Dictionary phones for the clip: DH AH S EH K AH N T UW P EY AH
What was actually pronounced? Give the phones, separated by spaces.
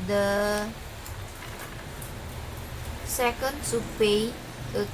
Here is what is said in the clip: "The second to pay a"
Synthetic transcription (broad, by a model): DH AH S EH K AH N S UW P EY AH